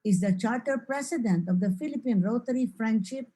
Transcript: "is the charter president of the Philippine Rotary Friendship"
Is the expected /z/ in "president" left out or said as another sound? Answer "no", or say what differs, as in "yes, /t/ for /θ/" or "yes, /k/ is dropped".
yes, /s/ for /z/